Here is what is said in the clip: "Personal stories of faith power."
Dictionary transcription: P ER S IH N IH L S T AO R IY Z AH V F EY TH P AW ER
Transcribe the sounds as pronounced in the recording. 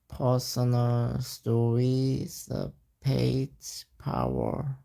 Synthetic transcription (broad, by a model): P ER S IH N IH L S T AO R IY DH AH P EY T P AW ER